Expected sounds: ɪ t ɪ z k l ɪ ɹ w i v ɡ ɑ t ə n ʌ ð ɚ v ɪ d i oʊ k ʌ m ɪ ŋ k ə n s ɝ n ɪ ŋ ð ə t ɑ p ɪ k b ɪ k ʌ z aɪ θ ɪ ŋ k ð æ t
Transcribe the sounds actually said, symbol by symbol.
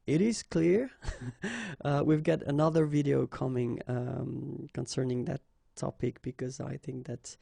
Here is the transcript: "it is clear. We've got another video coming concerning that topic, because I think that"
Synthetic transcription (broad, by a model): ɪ t ɪ z k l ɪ ɹ w i v ɡ ɑ t ə n ʌ ð ɚ v ɪ d i oʊ k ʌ m ɪ ŋ k ə n s ɝ n ɪ ŋ ð ə t ɑ p ɪ k b ɪ k ʌ z aɪ θ ɪ ŋ k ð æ t